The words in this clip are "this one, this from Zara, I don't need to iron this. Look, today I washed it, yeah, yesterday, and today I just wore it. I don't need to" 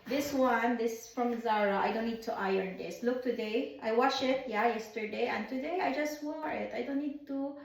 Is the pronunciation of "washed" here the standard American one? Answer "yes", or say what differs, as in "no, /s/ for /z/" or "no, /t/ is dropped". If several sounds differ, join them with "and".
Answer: no, /t/ is dropped